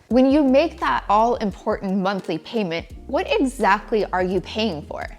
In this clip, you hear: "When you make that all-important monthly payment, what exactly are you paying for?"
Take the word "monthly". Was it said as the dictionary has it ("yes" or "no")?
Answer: yes